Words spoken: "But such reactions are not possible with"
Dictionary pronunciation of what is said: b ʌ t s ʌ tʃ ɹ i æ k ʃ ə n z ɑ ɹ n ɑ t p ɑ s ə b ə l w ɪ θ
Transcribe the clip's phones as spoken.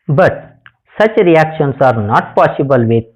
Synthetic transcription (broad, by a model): b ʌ t s ʌ tʃ ɹ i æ k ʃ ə n s ɑ ɹ n ɑ t p ɑ s ə b ə l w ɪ